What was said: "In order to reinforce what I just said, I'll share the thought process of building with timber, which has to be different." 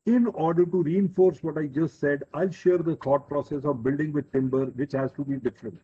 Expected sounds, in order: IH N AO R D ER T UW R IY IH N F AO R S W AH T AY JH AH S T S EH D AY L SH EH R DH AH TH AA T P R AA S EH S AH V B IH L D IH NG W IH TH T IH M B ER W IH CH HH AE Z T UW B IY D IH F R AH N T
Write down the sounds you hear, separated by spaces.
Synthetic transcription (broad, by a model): IH N AO R D ER T UW R IY IH N F AO R S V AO T AY JH AH S T S EH D AY L SH EH R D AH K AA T P R AA S EH S AH V B IH L D IH NG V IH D T IH M B ER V IH CH HH AE Z T UW B IY D IH F R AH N T